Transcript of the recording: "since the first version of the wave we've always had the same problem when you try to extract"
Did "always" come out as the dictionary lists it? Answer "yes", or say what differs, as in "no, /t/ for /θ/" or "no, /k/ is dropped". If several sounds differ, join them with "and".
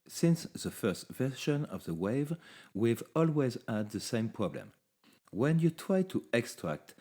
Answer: yes